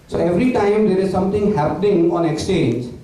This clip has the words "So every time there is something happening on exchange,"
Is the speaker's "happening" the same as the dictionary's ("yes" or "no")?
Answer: yes